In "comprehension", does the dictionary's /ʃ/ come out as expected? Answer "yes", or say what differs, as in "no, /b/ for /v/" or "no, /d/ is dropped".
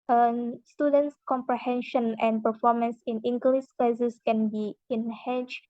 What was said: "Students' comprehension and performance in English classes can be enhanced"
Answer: yes